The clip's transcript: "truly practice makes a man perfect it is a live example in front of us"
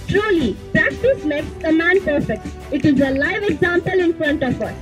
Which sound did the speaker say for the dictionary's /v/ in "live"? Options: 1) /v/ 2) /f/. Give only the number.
1